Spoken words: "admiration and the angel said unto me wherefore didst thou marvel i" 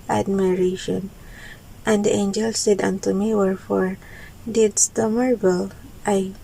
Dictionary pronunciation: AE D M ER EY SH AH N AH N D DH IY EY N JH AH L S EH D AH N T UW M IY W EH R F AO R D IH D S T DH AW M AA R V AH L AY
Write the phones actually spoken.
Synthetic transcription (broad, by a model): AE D M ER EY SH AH N AH N D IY EY N JH AH L S EH D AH N T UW M IY W EH R F AO R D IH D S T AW M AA R B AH L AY